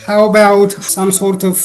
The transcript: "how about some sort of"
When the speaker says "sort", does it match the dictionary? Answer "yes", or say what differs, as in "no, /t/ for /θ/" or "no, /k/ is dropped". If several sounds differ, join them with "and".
yes